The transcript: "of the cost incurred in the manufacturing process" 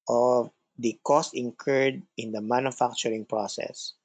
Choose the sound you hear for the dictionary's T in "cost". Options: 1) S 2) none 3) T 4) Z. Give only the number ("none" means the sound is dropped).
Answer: 3